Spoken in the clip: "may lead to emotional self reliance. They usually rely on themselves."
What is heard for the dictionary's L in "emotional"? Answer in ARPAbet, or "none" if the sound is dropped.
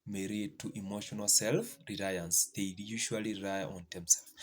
L